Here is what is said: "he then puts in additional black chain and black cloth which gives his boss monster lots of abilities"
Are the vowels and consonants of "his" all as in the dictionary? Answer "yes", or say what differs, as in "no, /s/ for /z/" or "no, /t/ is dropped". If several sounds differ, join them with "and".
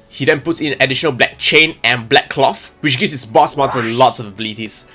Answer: no, /s/ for /z/